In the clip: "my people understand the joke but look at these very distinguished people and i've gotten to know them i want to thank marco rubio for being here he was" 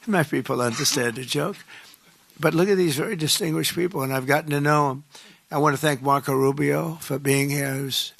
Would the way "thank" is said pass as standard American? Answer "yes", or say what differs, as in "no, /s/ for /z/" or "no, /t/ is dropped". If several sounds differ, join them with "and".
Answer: yes